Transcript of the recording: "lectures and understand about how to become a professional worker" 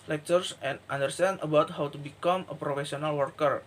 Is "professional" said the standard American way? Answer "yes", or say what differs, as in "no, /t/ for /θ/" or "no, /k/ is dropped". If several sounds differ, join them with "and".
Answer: no, /s/ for /ʃ/